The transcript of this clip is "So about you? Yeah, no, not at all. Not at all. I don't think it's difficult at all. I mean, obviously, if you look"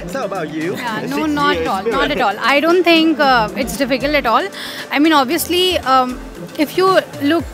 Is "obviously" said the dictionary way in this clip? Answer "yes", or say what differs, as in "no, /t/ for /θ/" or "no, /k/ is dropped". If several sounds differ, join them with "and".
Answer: yes